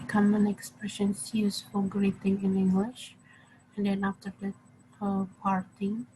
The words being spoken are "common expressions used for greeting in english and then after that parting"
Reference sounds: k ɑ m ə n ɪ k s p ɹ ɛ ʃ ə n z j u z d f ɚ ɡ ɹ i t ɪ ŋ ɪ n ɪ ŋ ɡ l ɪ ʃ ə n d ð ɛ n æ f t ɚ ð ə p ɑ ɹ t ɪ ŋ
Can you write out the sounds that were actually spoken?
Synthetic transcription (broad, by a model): k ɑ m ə n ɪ k s p ɹ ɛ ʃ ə n s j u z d f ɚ ɡ ɹ i t ɪ ŋ ɪ n ɪ ŋ ɡ l ɪ ʃ ə n d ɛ n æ f t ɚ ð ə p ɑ ɹ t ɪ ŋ